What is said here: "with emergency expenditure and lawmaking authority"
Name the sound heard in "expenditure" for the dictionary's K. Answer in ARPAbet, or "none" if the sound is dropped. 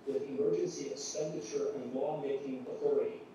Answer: none